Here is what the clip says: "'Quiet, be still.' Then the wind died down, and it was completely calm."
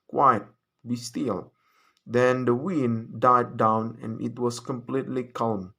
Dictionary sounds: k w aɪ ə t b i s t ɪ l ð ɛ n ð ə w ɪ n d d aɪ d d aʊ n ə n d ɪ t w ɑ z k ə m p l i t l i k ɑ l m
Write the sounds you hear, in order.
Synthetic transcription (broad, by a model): k w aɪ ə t b i s t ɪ l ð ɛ n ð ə w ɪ n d d aɪ d d aʊ n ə n ɪ t w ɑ s k ə m p l i t l i k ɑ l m